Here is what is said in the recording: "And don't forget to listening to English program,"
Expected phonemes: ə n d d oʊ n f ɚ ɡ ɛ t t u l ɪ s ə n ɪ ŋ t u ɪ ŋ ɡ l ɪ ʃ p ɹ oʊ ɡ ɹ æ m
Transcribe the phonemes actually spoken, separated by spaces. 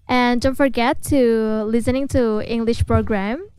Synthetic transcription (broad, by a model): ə n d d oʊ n f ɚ ɡ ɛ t t u l ɪ s ə n ɪ ŋ t u ɪ ŋ ɡ l ɪ ʃ p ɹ oʊ ɡ ɹ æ m